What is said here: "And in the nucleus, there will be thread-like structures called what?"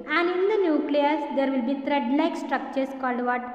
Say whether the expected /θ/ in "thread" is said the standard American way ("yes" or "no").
no